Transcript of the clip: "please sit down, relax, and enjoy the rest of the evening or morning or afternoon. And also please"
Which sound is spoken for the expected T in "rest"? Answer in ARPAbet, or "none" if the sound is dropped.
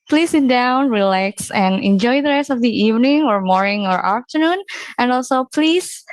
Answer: T